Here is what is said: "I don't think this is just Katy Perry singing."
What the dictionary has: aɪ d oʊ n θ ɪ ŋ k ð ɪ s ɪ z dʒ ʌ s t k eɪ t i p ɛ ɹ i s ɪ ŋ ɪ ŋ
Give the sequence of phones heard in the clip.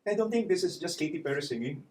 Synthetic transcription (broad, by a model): aɪ d oʊ n t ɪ ŋ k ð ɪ s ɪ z dʒ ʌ s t k eɪ t i p ɛ ɹ i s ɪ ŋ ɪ